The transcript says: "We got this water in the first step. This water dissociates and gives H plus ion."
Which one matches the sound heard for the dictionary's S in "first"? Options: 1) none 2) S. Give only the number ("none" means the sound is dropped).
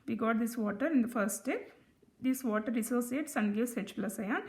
1